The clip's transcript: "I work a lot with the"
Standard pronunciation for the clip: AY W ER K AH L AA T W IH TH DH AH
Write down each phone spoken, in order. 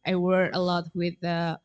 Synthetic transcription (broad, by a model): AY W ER AH L AA T W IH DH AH